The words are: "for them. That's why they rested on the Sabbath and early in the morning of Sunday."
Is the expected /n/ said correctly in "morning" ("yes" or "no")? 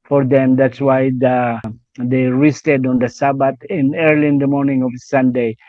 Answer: yes